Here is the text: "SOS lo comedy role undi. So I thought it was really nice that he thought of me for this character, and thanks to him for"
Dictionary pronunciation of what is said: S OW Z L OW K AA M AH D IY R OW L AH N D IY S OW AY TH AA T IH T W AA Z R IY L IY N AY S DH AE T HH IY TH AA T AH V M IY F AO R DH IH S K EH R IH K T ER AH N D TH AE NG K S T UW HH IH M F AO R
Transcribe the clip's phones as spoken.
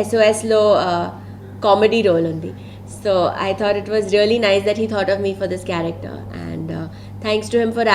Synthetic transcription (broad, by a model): S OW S L OW K AA M AH D IY R OW L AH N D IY S OW AY T AA T IH T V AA Z R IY L IY N AY S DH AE T HH IY T AA T AH V M IY F AO R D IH S K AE R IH K T ER AH N D T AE NG K S T UW HH IH M F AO R